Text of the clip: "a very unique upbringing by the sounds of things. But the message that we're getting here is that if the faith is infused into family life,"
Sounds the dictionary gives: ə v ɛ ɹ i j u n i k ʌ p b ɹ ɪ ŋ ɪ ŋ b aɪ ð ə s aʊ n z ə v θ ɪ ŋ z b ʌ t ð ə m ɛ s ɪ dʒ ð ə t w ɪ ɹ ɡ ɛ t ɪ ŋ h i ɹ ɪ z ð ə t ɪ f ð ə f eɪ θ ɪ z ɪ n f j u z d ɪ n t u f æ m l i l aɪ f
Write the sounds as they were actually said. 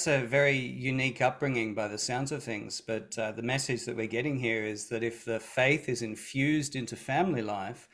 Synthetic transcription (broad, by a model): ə v ɛ ɹ i j u n i k ʌ p b ɹ ɪ ŋ ɪ ŋ b aɪ ð ə s aʊ n z ə v θ ɪ ŋ z b ʌ t ð ə m ɛ s ɪ dʒ ð ə t w ɪ ɹ ɡ ɛ t ɪ ŋ h i ɹ ɪ z ð ə t ɪ f ð ə f eɪ θ ɪ z ɪ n f j u z d ɪ n t u f æ m l i l aɪ f